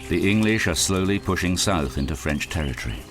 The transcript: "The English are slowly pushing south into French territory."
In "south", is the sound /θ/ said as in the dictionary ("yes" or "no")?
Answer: yes